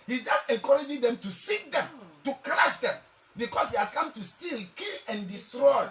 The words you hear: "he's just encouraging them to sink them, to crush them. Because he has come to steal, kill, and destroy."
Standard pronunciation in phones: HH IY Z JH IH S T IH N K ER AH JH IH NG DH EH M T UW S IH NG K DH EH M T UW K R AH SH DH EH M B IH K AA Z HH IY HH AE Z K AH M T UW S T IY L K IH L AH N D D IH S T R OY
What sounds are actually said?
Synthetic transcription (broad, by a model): HH IY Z JH IH S T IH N K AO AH JH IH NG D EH M T UW S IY K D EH M T UW K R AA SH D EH M B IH K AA S HH IY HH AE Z K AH M T UW S T IY L K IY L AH N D D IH S T R OY